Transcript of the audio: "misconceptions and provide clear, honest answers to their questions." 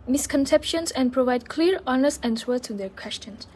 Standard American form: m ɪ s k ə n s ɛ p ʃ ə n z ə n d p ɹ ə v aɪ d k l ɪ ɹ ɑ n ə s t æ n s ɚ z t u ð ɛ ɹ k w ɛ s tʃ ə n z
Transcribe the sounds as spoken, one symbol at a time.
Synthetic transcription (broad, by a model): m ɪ s k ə n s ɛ p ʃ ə n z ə n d p ɹ ə v aɪ d k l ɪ ɹ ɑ n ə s æ n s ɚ t u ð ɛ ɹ k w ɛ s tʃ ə n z